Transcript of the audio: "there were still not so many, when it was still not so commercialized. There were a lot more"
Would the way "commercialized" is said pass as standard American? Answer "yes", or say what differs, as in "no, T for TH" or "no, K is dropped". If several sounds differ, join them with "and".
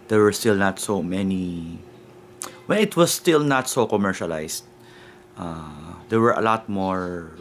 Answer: no, S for Z